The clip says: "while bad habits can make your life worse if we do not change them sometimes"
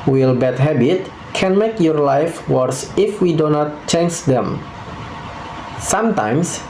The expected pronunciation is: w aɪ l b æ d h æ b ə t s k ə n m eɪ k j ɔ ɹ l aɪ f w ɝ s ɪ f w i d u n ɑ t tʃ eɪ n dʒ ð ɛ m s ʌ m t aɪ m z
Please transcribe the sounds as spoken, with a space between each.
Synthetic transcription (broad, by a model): w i l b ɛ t h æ b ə t k ə n m eɪ k j ɔ ɹ l aɪ f w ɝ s ɪ f w i d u n ɑ t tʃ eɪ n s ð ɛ m s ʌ m t aɪ m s